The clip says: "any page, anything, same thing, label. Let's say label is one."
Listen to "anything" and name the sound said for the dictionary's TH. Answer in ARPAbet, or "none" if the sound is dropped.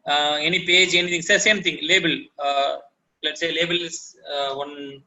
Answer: T